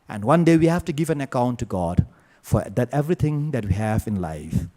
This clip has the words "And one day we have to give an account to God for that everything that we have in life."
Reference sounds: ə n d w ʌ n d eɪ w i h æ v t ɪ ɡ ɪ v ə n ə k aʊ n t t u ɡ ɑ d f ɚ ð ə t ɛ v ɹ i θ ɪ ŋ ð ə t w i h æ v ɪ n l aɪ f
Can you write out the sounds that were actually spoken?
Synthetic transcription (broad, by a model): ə n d w ʌ n d eɪ w i h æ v t ɪ ɡ ɪ v ə n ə k aʊ n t t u ɡ ɑ d f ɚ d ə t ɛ v ɹ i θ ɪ ŋ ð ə t w i h æ v ɪ n l aɪ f